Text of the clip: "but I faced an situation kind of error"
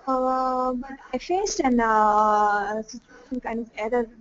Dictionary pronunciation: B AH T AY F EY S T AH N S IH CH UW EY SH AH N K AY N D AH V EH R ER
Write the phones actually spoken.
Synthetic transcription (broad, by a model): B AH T AY F EY S T AH N S IH CH UW EY SH AH N K AY N D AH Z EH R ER